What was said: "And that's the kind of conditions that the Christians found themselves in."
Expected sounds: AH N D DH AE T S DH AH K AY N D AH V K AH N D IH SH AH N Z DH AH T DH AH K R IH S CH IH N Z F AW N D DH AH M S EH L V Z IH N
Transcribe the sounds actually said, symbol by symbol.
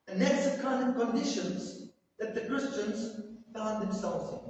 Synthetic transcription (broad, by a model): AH N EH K S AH K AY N AH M K AH N D IH SH AH N Z DH AH T DH AH K R IH S CH IH N Z F AW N DH AH M S EH L V Z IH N